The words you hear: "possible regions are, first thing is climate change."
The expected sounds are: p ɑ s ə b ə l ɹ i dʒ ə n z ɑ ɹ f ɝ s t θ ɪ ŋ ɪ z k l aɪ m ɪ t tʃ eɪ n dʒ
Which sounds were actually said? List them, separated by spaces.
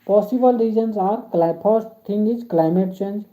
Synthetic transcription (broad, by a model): p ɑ s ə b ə l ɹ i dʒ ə n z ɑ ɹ p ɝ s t t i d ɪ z k l aɪ m ɪ t tʃ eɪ n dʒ